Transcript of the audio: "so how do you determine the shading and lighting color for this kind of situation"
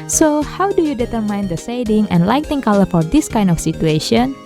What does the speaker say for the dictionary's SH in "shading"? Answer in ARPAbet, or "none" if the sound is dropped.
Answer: S